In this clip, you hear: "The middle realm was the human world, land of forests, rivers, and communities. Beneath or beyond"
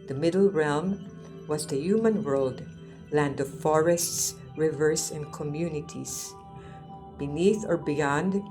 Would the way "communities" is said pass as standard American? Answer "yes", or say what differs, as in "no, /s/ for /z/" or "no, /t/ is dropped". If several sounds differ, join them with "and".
no, /s/ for /z/